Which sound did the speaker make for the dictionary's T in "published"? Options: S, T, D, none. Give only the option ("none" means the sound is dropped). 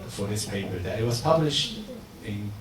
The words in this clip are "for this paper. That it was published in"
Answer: T